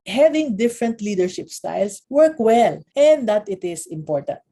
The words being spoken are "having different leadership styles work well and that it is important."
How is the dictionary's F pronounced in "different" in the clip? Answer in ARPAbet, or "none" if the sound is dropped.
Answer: F